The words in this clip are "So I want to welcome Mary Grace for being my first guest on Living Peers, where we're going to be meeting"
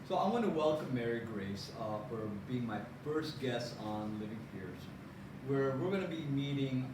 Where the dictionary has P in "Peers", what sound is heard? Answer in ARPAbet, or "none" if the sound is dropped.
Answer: F